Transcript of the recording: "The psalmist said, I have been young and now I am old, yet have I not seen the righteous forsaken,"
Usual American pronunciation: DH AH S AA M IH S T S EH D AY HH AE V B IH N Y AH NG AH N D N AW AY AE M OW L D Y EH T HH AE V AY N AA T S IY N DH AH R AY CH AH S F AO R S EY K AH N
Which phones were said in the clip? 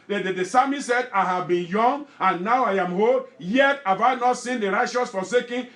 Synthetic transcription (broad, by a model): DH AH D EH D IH S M S EH D AY HH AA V B IH N Y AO NG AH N N AW AY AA M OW D Y EH T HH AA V AY N AA T S IY N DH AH R AY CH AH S F AO S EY K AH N